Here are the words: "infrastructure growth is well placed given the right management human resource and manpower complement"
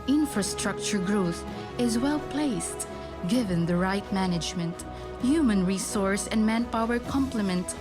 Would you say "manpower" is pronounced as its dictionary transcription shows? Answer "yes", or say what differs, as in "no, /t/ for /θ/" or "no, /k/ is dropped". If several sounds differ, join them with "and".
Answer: yes